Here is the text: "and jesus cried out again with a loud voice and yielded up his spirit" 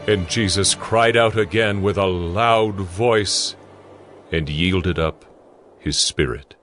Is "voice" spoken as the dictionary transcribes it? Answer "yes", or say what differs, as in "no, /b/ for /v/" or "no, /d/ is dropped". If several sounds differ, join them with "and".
yes